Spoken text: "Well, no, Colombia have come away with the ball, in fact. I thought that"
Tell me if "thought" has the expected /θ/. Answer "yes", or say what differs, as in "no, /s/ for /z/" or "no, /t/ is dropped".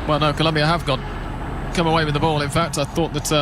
yes